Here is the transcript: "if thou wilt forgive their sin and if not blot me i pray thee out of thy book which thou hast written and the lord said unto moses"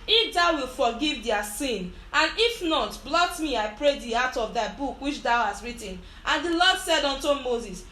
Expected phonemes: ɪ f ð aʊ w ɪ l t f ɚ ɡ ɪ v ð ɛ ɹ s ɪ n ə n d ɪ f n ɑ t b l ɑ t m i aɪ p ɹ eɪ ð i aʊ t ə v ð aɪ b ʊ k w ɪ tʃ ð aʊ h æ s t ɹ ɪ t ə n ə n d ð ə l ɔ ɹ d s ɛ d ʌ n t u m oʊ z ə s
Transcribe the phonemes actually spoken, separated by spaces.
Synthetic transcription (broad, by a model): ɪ f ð aʊ w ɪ l f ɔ ɡ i v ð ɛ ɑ s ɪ n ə n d ɪ f n ɑ t b l ɑ t m i aɪ p ɹ eɪ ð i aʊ t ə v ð aɪ b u k w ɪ tʃ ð aʊ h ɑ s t ɹ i t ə n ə n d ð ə l ɔ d s ɛ d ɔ n t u m oʊ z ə s